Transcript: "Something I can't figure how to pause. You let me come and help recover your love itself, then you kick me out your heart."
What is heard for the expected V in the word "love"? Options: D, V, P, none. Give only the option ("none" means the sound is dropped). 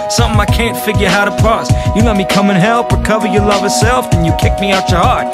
V